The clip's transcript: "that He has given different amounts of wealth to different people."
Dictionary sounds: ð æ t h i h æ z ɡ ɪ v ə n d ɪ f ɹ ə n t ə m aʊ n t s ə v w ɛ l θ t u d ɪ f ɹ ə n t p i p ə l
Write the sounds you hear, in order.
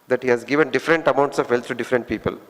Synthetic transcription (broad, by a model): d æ t h i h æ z ɡ ɪ v ə n d ɪ f ɹ ə n t ə m aʊ n t s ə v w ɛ l t t u d ɪ f ɹ ə n t p i p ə l